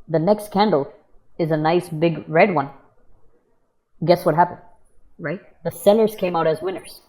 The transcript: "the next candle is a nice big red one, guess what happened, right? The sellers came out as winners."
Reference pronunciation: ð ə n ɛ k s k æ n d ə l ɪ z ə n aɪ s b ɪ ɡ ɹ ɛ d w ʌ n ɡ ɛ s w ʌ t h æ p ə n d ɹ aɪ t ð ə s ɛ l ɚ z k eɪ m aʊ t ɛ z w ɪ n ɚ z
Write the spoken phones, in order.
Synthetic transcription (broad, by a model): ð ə n ɛ k s k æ n d l ɪ z ə n aɪ s b ɪ ɡ ɹ ɛ d w ʌ n ɡ ɛ s w ʌ t h æ p ə n d ɹ aɪ t ð ə s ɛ n ɚ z k eɪ m aʊ t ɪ z w ɪ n ɚ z